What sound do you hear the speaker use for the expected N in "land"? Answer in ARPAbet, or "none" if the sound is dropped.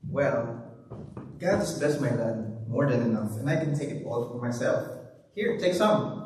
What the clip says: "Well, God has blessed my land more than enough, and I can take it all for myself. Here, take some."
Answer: none